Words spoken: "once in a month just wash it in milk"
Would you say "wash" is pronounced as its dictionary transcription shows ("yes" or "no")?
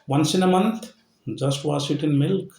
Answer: no